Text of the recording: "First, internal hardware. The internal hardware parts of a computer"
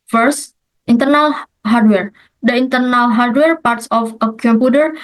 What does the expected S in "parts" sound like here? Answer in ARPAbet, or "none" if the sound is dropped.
S